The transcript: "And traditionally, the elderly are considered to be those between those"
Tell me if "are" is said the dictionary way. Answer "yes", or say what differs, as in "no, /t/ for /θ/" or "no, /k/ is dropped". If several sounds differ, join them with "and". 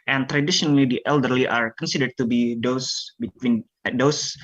yes